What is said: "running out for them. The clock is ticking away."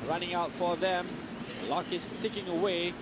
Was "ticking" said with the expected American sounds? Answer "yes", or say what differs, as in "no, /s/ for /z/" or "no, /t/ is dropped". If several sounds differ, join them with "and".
yes